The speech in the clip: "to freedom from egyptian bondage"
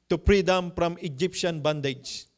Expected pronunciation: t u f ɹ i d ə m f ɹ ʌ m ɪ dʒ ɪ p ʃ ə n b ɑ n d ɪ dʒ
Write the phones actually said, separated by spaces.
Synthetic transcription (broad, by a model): t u p ɹ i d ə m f ɹ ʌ m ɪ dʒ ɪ p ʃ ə n b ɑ n d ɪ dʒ